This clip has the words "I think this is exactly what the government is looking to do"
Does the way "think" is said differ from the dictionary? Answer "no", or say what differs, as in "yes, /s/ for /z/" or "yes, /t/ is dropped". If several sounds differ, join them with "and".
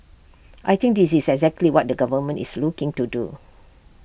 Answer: yes, /t/ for /θ/